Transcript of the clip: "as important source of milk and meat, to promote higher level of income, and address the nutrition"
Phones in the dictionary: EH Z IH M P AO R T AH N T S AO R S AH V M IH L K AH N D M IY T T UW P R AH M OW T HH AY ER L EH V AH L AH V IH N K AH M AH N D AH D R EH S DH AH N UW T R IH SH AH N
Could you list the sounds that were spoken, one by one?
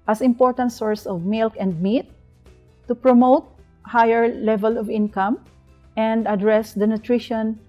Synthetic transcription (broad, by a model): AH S IH M P AO R T AH N T S AO R S AH V M IH L K AH N D M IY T T UW P R AH M OW T HH AY ER L EH V AH L AH V IH N K AH M AH N D AH D R EH S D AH N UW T R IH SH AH N